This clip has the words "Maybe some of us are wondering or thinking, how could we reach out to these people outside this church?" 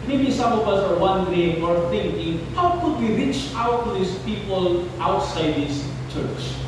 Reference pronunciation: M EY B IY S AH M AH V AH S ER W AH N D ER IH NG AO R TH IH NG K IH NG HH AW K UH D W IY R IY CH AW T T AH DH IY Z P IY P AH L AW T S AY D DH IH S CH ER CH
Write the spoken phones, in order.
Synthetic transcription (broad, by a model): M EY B IY S AH M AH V AH S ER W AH N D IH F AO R T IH NG K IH NG HH AW K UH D W IY R IY CH AW T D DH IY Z P IY P AH L AW T S AY D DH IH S CH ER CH